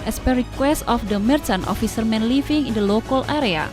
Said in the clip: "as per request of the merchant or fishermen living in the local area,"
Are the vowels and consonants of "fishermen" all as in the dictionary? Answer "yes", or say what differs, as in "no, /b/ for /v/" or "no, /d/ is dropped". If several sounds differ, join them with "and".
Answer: no, /s/ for /ʃ/